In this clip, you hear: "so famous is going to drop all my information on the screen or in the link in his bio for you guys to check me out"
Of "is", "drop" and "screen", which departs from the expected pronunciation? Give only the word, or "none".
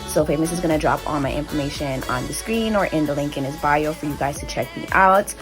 none